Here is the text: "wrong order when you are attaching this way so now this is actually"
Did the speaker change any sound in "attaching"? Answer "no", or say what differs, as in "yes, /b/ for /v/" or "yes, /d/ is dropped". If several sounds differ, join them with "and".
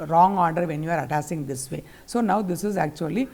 yes, /s/ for /tʃ/